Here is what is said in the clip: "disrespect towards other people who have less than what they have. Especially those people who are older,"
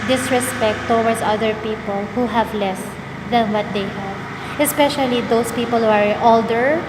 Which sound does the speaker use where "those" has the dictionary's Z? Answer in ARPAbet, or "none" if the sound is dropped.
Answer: S